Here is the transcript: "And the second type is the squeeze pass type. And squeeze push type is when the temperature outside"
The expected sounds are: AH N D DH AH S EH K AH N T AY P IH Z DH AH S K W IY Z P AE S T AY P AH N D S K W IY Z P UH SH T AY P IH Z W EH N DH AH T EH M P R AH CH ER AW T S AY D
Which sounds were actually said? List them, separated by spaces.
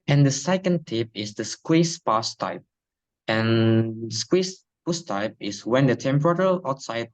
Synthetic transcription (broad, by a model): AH N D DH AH S EH K AH N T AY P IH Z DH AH S K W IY S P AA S T AY P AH N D S K W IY S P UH S T AY P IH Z W EH N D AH T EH M P R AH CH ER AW T S AY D